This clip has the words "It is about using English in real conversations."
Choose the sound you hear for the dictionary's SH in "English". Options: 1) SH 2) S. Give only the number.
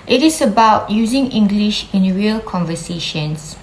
1